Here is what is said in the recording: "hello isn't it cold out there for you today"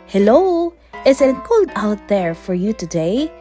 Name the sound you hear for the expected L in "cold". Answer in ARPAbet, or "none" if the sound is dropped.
none